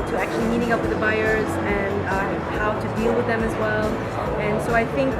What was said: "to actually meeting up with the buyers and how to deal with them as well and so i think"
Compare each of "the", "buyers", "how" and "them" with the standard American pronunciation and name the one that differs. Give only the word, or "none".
none